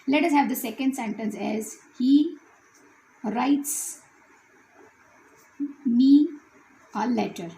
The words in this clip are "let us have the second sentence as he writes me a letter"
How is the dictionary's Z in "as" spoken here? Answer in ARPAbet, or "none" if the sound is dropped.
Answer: Z